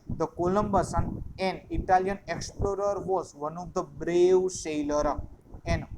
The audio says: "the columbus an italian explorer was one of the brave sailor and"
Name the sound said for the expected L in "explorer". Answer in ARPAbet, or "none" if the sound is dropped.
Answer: L